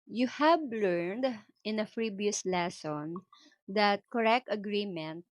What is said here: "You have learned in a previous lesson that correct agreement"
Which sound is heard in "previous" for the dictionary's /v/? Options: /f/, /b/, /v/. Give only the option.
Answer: /b/